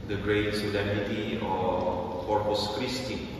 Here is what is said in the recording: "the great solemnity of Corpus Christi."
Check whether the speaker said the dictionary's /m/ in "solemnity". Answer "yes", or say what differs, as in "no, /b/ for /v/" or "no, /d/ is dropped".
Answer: no, /m/ is dropped